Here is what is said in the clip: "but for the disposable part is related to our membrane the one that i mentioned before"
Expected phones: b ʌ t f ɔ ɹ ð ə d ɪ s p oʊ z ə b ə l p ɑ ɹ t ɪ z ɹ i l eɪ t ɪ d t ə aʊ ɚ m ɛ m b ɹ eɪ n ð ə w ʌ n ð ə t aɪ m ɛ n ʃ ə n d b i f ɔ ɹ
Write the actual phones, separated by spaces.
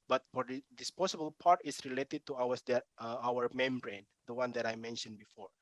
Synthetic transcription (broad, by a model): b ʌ t f ɔ ɹ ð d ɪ s p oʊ s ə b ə l p ɑ ɹ t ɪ s ɹ i l eɪ t ɪ d t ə aʊ ɚ m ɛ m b ɹ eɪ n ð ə w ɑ n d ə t aɪ m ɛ n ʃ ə n b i f ɔ ɹ